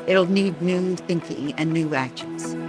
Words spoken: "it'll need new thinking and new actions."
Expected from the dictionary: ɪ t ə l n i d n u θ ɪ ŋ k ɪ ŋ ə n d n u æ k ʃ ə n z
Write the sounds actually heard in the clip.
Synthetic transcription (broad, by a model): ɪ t l n i d n u θ ɪ ŋ k ɪ ŋ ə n n u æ k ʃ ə n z